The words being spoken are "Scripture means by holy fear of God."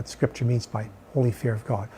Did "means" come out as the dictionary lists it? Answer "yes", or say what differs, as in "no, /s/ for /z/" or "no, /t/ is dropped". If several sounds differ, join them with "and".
yes